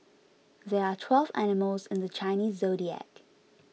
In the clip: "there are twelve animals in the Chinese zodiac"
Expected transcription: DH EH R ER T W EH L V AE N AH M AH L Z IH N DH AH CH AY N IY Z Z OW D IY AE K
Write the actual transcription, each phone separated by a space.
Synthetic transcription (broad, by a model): DH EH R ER T W EH L V AE N AH M AH L Z IH N DH AH CH AY N IY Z Z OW D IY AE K